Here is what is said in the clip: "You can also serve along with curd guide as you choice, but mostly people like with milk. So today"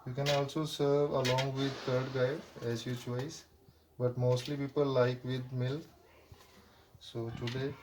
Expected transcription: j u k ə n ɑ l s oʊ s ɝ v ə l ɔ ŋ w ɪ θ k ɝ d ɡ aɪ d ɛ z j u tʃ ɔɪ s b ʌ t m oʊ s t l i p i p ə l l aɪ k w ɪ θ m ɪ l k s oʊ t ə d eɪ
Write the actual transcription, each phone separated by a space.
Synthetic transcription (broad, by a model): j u k ə n ɑ l s oʊ s ɝ v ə l ɔ ŋ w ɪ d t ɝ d ɡ aɪ d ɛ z j u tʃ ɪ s b ʌ t m oʊ s t l i p i p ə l l aɪ k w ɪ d m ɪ l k s oʊ t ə d eɪ